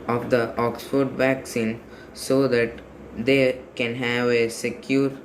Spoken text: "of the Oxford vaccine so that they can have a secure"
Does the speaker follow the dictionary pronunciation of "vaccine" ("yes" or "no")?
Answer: yes